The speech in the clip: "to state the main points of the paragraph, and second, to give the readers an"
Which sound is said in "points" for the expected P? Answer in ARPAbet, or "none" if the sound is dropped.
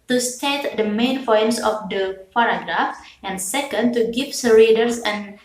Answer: F